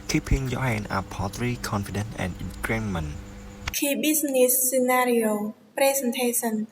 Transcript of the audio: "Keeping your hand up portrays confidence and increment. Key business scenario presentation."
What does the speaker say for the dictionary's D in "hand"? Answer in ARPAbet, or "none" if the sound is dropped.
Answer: none